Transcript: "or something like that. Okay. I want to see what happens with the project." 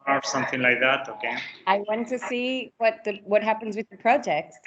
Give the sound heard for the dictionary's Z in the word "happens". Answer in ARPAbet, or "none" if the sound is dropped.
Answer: Z